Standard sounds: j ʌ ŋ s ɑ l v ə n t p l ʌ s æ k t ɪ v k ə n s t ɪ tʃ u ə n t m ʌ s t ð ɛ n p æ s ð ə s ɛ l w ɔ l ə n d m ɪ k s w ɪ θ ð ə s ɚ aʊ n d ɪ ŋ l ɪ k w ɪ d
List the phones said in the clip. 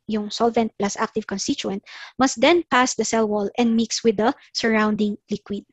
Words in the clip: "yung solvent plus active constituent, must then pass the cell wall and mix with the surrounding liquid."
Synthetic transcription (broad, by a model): j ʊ ŋ s ɑ l v ə n t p l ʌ s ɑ k t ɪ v k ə n s t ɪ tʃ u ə n t m ʌ s t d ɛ n p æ s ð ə s ɛ l w ɔ l ə n d m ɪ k s w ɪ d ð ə s ɚ aʊ n d ɪ ŋ l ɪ k w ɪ d